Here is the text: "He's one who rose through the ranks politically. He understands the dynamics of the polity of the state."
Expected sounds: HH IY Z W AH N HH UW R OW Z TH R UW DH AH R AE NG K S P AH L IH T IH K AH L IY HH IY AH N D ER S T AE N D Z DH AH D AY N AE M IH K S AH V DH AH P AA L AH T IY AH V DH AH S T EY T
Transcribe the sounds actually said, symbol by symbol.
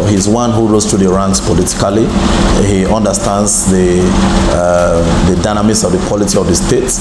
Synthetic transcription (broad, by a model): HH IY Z W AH N HH UW R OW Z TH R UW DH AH R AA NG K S P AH L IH T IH K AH L IY HH IY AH N D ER S T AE N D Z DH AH D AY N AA M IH S AH V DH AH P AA L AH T IY AH V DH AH S T EY T